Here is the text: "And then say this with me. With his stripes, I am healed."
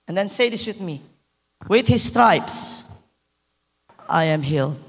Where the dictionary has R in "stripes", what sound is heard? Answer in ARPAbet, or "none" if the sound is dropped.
R